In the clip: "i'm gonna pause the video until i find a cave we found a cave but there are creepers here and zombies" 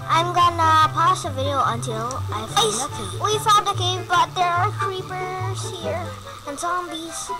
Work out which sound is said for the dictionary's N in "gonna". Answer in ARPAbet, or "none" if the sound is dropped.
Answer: N